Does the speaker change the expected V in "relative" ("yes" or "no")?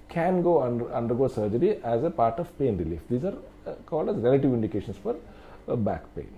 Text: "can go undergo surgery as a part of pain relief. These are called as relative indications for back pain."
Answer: no